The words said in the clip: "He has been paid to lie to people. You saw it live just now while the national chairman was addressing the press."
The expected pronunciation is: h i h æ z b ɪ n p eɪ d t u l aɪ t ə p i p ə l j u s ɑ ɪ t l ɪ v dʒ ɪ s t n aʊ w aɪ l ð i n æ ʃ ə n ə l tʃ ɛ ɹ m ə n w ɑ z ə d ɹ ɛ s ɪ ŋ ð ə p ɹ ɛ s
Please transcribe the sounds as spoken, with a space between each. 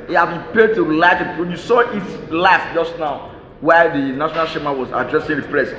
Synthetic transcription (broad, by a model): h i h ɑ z b ɪ n p eɪ d t u l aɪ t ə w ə n j u s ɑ ɪ t l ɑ f dʒ ɪ s t n aʊ w aɪ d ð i n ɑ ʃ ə n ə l ʃ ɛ m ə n w ɑ z ə d ɹ ɛ s ɪ ŋ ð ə p ɹ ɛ s